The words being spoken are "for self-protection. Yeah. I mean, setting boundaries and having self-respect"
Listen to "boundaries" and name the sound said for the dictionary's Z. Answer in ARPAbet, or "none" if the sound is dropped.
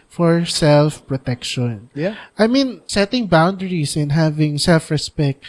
S